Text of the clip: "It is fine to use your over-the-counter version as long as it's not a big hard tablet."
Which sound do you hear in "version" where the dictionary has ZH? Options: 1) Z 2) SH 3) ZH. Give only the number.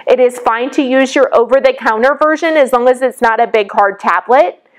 3